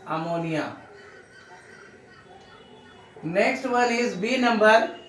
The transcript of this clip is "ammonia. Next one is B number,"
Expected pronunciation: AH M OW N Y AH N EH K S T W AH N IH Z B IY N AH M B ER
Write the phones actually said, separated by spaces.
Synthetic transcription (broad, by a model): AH M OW N Y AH N EH K S T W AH L IH Z B IY N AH M B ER